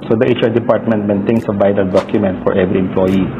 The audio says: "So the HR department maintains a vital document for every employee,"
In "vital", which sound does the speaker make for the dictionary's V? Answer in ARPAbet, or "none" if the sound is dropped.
B